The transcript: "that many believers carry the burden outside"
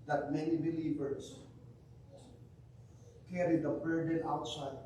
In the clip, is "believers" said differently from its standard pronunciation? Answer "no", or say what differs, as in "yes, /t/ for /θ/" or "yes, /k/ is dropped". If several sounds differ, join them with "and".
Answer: yes, /s/ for /z/